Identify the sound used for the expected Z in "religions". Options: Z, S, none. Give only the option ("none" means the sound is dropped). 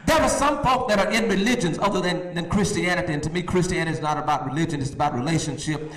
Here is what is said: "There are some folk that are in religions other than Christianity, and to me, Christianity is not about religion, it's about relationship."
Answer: Z